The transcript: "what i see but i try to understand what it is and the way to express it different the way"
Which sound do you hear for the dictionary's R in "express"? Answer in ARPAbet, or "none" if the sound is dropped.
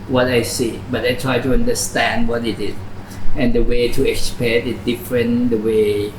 none